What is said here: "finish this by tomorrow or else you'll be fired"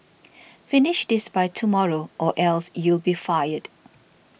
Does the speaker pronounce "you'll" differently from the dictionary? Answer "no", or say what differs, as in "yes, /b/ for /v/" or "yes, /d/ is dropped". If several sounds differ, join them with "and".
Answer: no